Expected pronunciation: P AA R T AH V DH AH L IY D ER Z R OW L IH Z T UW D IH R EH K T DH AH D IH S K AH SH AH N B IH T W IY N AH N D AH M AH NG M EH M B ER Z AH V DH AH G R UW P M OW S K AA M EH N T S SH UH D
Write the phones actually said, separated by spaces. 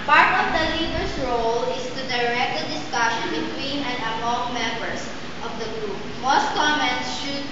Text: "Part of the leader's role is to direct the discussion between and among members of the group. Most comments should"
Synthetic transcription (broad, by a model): P AA R T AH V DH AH L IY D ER S R OW L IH S T UW D IH R EH K T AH D IH S K AH SH AH N B IH T W IY N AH N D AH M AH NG M EH M B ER S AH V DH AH G R UW P M OW S K AA M EH N T S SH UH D